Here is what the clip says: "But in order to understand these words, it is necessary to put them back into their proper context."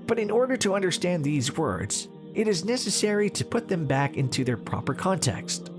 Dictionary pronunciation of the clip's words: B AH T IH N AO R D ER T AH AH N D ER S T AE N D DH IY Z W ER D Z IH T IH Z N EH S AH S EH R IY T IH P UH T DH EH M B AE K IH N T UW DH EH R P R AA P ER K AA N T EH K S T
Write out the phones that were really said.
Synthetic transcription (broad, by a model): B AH T IH N AO R D ER T AH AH N D ER S T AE N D DH IY Z W ER D Z IH T IH Z N EH S AH S EH R IY T IH P UH T DH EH M B AE K IH N T UW DH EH R P R AA P ER K AA N T EH K S T